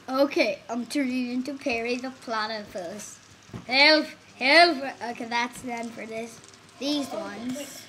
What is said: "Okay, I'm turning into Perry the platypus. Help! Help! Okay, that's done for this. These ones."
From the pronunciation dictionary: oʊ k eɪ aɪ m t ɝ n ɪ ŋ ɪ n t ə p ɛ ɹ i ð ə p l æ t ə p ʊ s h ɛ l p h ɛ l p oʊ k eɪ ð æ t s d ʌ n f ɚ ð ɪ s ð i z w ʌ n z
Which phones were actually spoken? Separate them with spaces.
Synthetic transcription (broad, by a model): oʊ k eɪ aɪ m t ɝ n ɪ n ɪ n t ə p ɛ ɹ i ð ə p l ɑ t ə f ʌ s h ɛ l f h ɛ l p oʊ k eɪ ð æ t s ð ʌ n f ɚ ð ɪ s ð i z w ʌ n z